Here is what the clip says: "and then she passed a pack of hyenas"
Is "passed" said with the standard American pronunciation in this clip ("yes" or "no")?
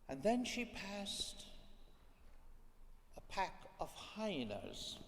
yes